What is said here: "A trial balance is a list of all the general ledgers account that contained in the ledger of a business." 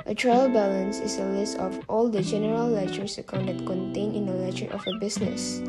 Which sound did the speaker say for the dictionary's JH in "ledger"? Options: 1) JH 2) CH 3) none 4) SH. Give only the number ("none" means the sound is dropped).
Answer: 2